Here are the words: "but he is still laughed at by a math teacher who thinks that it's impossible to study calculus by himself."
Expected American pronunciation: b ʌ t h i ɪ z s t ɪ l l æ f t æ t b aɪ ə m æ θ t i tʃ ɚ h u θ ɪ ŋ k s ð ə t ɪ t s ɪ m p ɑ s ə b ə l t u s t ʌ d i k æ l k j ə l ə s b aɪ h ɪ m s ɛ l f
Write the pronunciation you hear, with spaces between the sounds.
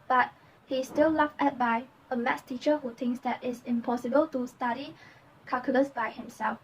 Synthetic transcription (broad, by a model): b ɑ t h i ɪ s t ɪ l l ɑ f ɛ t b aɪ ə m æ s t i tʃ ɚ h u t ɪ ŋ k s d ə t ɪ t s ɪ m p ɑ s ə b ə l t u s t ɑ d i k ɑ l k j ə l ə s b aɪ h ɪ m s ɛ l f